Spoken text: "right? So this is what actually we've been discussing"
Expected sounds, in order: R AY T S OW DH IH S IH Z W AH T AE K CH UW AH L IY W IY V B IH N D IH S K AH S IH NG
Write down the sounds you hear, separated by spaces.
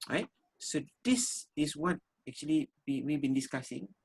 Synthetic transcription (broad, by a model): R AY T S OW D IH S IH S W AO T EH K CH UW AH L IY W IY W B IH N D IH S K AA S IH NG